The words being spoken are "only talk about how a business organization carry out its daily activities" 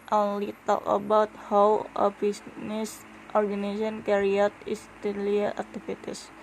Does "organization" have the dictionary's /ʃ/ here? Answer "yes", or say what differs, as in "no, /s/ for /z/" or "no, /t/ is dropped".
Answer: no, /ʃ/ is dropped